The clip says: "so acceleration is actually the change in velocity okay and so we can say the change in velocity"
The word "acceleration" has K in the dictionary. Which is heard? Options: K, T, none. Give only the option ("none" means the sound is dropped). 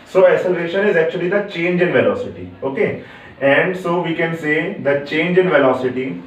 none